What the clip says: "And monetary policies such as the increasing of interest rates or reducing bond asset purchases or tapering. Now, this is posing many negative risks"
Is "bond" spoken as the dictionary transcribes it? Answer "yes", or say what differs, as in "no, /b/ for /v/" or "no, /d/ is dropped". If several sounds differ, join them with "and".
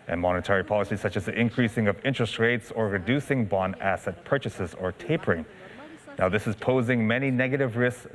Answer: no, /d/ is dropped